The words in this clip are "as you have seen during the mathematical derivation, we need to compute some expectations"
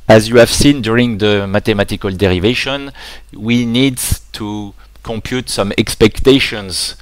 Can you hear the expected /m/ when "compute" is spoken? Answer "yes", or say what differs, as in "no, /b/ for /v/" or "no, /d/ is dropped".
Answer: yes